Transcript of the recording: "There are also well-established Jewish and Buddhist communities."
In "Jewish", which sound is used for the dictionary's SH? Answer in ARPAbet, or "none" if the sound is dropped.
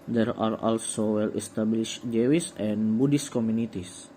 S